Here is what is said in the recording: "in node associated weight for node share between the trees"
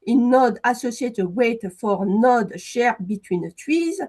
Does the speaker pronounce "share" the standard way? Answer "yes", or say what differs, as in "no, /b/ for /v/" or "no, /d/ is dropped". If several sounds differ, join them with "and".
yes